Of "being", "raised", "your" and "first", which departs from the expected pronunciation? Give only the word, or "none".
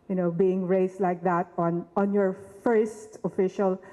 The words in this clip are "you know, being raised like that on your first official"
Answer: raised